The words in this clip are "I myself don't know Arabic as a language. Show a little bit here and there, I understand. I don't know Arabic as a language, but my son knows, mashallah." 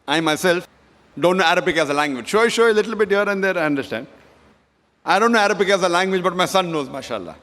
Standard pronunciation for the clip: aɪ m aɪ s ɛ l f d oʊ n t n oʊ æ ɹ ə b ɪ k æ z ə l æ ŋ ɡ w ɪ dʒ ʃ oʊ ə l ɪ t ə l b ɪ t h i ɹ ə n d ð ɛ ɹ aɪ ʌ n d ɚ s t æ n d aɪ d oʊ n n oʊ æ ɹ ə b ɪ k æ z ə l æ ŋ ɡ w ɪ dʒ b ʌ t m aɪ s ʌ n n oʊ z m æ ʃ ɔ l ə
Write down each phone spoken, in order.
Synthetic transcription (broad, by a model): aɪ m aɪ s ɛ l f d oʊ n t n oʊ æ ɹ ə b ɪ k æ z ə l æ ŋ ɡ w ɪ dʒ s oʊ ə l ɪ t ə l b ɪ t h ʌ ɹ ə n d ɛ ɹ aɪ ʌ n d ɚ s t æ n d aɪ d oʊ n n oʊ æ ɹ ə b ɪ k æ z ə l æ ŋ ɡ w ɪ dʒ b ʌ t m aɪ s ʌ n n oʊ z m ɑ ʃ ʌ l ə